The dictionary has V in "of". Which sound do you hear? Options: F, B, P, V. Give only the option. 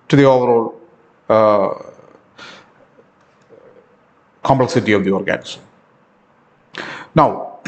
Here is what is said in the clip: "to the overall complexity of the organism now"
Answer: V